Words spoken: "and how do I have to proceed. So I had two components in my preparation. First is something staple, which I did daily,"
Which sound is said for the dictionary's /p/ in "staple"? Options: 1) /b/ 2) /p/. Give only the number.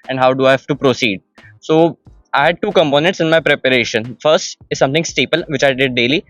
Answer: 2